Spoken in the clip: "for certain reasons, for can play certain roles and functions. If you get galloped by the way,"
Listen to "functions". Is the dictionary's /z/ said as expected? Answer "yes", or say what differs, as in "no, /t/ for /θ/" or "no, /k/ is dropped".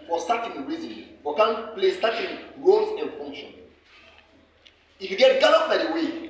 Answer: no, /z/ is dropped